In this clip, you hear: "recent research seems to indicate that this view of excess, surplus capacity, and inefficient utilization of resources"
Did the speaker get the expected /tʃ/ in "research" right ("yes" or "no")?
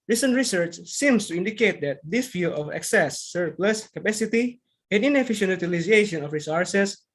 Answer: yes